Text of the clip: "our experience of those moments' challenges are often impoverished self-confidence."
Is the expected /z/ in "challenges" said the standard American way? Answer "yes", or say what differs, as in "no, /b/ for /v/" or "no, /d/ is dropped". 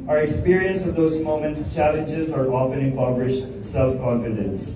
yes